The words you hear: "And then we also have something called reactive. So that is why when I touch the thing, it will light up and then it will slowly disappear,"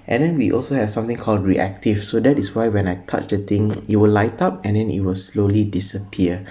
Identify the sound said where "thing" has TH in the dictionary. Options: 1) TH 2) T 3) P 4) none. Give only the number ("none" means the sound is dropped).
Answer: 2